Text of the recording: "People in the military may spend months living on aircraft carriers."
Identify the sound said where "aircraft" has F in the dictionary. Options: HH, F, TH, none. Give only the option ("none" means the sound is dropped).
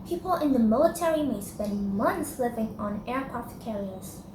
none